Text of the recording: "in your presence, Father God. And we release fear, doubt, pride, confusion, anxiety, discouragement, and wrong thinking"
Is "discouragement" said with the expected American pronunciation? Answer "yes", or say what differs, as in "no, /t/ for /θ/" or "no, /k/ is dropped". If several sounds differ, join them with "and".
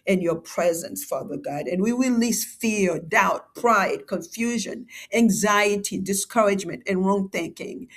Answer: yes